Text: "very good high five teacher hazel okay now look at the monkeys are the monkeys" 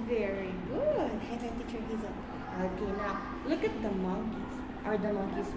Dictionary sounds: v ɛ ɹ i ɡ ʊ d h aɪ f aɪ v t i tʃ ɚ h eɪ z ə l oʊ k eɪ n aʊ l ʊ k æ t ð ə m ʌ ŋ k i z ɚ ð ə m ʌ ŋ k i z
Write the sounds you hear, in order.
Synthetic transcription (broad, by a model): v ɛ ɹ i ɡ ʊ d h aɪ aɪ t i tʃ ɚ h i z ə n oʊ k eɪ n aʊ l ʊ k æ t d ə m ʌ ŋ k i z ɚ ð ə m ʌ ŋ k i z